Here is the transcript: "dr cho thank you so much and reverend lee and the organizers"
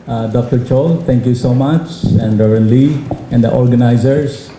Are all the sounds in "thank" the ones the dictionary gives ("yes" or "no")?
no